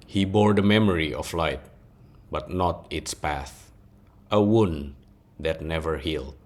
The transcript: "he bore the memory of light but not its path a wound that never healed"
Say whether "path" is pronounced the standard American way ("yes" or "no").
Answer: yes